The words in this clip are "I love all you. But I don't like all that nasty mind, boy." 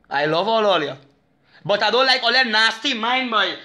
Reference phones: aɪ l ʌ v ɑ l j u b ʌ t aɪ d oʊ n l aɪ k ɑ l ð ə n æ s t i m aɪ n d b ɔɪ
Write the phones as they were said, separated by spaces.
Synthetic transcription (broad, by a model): aɪ l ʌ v ɑ l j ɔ b ʌ t aɪ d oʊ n l aɪ k ɑ l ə n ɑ s t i m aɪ n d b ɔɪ